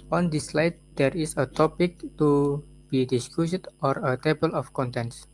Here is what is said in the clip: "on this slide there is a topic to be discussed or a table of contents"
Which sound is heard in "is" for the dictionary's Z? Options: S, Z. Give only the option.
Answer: S